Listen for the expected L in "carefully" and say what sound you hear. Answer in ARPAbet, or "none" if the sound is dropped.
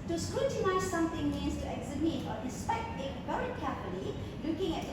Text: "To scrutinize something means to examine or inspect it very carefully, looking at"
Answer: N